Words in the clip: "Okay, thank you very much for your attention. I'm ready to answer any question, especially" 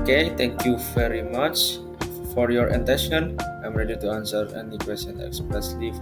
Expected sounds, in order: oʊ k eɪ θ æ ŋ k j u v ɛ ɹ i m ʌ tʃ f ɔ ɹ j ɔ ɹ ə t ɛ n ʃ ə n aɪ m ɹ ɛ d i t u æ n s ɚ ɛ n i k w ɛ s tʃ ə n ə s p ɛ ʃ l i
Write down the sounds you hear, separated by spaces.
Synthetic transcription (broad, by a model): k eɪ t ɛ ŋ k j u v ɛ ɹ i m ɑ tʃ f ɔ ɹ j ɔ ɹ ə t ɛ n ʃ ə n aɪ m ɹ ɛ d i t u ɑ n s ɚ ɛ n i k w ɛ s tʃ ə n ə s p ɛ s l i